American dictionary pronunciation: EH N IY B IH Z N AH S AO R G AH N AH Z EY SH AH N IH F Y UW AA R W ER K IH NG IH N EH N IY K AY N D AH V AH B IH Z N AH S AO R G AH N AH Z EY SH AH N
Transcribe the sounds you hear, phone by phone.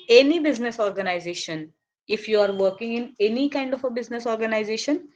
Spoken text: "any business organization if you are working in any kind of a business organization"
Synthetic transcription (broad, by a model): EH N IY B IH Z N AH S AO R G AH N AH Z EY SH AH N IH F Y UW AA R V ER K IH NG IH N EH N IY K AY N D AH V AH B IH Z N AH S AO R G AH N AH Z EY SH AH N